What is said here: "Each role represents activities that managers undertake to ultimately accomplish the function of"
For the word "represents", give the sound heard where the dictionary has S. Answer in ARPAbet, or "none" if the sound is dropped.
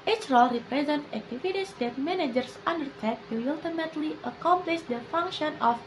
none